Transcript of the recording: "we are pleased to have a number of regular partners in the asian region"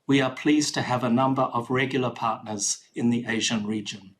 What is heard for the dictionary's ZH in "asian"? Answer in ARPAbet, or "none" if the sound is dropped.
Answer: ZH